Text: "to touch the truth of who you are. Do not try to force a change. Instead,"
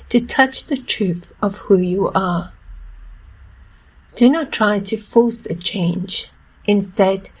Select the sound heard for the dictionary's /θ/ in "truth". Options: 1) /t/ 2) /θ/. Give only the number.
2